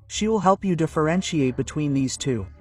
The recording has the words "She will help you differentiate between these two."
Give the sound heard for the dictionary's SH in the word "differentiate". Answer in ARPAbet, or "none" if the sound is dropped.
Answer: SH